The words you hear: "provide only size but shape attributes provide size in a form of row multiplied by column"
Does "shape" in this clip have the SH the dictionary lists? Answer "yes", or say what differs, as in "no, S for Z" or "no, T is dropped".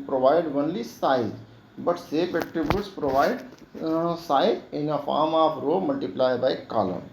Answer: no, S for SH